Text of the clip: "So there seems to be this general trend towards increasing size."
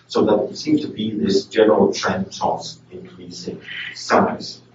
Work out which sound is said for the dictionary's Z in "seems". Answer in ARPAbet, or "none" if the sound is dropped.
none